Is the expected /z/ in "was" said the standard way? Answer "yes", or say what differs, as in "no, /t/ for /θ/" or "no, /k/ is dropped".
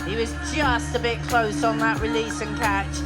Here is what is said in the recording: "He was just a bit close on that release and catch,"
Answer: yes